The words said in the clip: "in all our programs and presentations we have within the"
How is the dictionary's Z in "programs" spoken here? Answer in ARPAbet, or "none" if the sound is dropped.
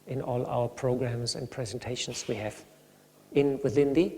Z